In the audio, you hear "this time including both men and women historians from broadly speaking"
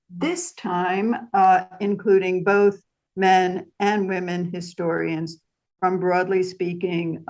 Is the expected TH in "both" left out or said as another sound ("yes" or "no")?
no